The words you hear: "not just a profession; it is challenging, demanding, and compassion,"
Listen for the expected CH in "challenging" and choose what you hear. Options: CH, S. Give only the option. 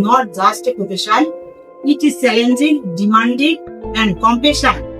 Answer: S